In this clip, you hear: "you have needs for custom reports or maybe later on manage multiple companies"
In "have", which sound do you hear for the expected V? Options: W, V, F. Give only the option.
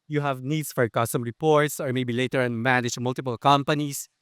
V